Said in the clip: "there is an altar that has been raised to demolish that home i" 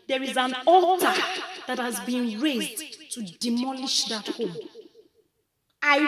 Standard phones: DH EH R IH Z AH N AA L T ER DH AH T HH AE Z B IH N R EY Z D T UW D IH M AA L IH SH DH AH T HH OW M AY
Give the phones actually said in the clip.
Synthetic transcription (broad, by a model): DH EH R IH Z AH N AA T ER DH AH T HH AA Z B IH N R EY Z D T UW D IH M AA L IH SH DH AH T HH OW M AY